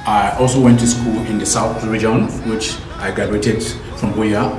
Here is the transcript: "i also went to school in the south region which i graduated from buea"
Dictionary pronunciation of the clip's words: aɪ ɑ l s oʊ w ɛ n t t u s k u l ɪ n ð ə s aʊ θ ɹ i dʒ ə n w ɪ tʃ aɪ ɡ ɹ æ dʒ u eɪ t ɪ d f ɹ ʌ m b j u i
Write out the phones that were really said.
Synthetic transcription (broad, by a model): aɪ ɑ l s oʊ w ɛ n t t u s k u l ɪ n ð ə s aʊ θ ɹ i dʒ ə n w ɪ tʃ aɪ ɡ ɹ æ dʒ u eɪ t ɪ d f ɹ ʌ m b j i